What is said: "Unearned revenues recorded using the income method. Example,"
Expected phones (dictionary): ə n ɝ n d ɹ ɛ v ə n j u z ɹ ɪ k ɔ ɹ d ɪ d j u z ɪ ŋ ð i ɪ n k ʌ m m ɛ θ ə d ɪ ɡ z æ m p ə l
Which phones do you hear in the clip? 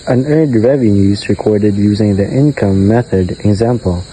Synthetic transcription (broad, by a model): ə n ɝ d ɹ ɛ v ə n j u z ɹ ɪ k ɔ ɹ d ɪ d j u z ɪ ŋ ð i ɪ n k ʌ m m ɛ θ ə d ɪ ɡ z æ m p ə l